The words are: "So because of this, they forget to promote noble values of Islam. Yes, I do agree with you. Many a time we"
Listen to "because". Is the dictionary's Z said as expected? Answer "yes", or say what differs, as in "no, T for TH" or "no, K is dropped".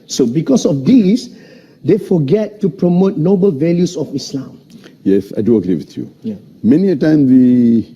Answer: no, S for Z